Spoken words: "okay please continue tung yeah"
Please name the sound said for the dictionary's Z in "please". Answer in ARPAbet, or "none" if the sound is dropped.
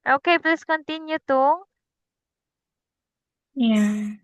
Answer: S